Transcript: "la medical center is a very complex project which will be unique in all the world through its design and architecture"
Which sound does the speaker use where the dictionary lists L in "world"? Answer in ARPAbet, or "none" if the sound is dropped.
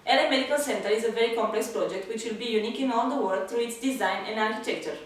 none